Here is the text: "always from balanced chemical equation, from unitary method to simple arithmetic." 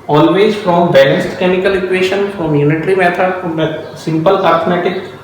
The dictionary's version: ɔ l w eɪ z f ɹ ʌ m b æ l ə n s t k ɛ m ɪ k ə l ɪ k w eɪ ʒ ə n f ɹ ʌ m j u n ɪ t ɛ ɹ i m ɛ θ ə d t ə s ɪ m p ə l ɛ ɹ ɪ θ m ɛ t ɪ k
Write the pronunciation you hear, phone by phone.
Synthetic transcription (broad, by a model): ɔ l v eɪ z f ɹ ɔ m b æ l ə s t k ɛ m ɪ k ə l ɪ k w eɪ ʃ ə n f ɹ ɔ m j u n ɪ t ɹ i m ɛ t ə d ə s ɪ m p ə l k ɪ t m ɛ t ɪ k